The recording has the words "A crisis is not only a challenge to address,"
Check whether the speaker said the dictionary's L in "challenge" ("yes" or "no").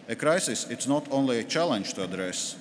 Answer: yes